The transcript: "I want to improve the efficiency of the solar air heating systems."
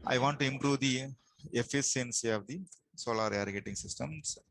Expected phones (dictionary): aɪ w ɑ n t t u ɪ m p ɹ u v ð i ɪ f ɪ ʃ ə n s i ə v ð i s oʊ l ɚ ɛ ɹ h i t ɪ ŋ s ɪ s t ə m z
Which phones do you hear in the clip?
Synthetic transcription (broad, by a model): aɪ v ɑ n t t u ɪ m p ɹ u v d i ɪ f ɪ s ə n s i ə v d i s oʊ l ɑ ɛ ɹ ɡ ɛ t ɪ ŋ s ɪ s t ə m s